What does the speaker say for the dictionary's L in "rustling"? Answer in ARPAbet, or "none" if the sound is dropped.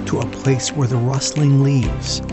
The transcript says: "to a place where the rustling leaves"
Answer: L